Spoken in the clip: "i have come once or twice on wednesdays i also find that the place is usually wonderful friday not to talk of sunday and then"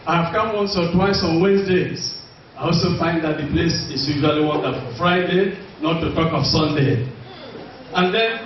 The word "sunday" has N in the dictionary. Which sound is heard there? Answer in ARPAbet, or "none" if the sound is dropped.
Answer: N